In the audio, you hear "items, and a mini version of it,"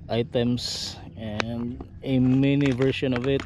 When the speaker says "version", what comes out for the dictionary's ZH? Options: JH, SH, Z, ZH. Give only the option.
SH